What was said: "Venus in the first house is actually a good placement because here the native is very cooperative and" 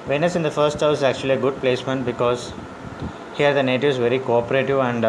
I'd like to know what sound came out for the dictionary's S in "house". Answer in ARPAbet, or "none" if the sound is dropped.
none